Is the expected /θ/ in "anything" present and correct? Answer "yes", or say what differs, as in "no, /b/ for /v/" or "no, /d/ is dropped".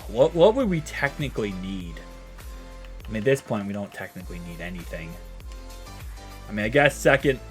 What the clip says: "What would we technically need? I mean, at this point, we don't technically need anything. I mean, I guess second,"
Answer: yes